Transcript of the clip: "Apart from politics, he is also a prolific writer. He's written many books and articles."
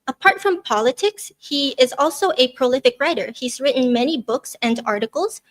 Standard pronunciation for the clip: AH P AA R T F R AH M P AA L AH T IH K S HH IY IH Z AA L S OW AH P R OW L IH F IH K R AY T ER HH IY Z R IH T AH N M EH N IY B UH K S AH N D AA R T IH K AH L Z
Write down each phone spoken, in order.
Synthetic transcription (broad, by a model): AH P AA R T F R AH M P AA L AH T IH K S HH IY IH Z AA L S OW AH P R OW L IH F IH K R AY T ER HH IY Z R IH T N M EH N IY B UH K S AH N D AA R T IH K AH L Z